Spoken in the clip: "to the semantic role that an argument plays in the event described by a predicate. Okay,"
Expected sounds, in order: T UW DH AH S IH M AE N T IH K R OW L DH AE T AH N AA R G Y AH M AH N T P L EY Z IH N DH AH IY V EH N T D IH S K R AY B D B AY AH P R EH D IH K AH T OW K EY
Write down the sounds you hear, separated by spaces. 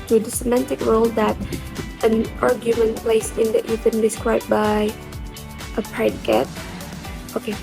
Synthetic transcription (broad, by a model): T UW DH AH S IH M AE N T IH K R OW L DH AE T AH N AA R G Y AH M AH N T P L EY S IH N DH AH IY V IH N D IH S K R AY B B AY AH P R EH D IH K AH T OW K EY